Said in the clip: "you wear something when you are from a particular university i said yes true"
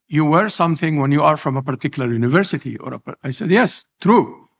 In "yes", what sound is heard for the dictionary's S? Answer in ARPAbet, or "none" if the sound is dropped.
S